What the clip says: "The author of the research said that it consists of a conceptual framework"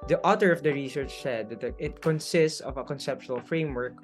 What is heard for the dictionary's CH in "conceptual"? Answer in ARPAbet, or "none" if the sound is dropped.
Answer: SH